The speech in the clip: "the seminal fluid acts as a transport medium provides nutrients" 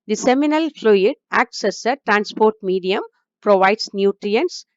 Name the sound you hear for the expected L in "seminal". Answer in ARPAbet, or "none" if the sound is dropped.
L